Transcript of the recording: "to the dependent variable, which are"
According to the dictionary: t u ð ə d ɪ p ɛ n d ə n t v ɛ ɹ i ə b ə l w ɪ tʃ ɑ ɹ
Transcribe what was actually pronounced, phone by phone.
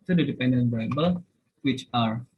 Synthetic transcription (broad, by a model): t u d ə d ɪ p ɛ n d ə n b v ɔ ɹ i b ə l w ɪ tʃ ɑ ɹ